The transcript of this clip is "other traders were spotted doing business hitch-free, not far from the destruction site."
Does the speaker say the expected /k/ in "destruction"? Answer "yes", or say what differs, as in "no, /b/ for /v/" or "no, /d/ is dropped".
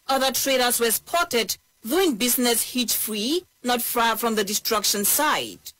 yes